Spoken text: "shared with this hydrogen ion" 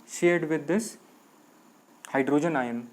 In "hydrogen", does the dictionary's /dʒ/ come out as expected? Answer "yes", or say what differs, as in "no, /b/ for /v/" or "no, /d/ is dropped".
yes